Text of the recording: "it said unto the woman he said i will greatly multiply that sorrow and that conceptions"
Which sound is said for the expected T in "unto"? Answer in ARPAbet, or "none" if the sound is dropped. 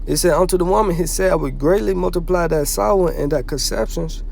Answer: T